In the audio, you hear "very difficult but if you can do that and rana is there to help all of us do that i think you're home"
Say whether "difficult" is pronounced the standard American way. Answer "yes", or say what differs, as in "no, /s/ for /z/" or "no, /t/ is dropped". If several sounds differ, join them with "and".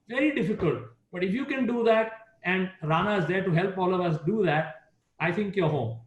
yes